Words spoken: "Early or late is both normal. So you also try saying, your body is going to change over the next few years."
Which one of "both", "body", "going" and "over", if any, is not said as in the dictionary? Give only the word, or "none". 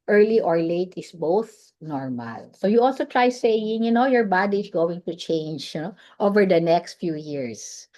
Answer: none